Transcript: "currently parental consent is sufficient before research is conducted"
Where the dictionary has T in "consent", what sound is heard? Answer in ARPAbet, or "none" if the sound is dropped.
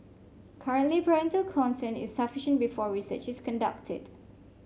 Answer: none